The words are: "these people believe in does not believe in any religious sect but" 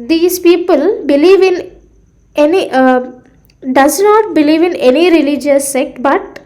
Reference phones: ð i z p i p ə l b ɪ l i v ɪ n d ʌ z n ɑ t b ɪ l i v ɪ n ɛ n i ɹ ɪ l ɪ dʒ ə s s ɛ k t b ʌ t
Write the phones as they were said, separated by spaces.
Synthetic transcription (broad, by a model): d i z p i p ə l b ɪ l i v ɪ n d ʌ z n ɑ t b ɪ l i v ɪ n ɛ n i ɹ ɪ l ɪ dʒ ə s s ɛ k t b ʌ t